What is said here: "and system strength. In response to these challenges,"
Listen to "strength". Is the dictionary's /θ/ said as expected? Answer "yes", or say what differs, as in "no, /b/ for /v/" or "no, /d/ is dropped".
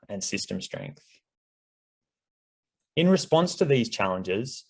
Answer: yes